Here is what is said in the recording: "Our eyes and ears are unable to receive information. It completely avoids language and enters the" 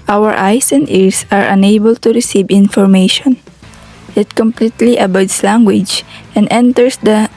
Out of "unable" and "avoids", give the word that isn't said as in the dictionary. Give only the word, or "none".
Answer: avoids